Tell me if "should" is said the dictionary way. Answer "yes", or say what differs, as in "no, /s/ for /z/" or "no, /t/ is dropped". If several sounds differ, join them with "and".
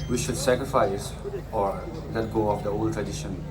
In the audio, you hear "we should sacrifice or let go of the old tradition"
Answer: yes